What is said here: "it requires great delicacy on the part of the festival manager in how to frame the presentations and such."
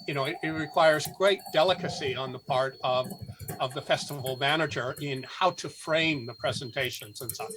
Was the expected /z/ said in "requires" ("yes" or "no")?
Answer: yes